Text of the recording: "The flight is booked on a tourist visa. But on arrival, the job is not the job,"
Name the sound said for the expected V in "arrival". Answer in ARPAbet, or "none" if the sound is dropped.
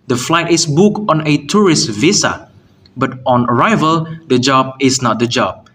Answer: V